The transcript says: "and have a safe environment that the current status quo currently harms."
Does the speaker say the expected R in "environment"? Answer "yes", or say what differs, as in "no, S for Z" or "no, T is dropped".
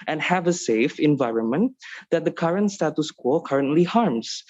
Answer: yes